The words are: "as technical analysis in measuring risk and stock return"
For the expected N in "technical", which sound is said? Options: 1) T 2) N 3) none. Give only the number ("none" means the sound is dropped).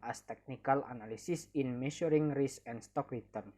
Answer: 2